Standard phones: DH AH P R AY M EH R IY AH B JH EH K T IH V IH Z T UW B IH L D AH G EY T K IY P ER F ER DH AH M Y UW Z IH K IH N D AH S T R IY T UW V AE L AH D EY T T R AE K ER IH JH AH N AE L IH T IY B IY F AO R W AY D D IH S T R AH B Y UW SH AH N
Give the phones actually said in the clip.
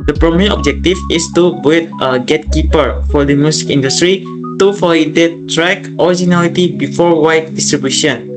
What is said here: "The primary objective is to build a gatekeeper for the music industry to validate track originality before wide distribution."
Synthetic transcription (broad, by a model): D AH P R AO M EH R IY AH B JH EH K T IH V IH S T UW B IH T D AH G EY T K IY P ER F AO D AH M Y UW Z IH K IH N D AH S T R IY T UW F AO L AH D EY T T R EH K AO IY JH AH N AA L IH T IY B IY F AO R W AY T D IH S T R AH B Y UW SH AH N